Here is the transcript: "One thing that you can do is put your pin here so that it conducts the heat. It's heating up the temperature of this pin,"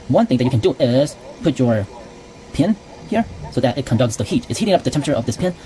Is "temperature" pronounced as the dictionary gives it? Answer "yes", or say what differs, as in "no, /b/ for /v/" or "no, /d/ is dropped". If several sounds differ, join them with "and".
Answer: no, /ɹ/ is dropped